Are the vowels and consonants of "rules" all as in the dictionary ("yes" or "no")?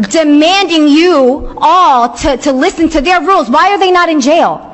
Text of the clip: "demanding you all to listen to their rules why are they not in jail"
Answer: yes